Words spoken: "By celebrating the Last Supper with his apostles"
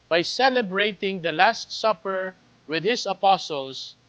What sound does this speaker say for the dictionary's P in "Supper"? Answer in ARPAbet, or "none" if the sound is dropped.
P